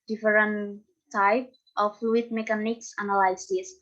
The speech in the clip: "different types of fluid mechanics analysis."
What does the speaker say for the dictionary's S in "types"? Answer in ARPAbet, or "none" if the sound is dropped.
none